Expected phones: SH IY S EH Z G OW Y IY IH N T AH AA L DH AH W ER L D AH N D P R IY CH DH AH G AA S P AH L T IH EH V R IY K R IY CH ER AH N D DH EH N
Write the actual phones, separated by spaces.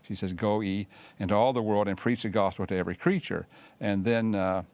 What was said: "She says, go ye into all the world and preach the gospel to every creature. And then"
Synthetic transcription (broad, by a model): SH IY S EH Z G OW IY IH N T AH AA L DH AH W ER L D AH N P R IY CH DH AH G AA S P L T IH EH V R IY K R IY CH ER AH N DH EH N